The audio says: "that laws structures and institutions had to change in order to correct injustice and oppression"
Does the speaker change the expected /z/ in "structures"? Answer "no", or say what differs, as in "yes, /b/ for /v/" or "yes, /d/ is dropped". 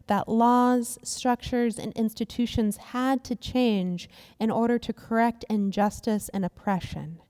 no